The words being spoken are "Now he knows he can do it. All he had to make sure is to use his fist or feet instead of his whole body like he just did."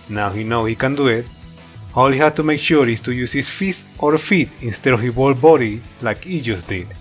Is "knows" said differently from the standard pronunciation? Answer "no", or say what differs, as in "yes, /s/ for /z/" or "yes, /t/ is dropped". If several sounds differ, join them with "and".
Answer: yes, /z/ is dropped